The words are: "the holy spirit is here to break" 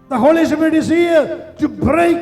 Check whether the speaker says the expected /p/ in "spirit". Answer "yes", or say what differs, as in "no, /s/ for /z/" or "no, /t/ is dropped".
no, /p/ is dropped